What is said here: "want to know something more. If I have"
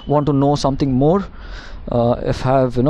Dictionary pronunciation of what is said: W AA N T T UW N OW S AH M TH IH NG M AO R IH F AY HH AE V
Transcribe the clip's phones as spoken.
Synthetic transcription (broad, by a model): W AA N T T UW N OW S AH M T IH NG M AO R IH F HH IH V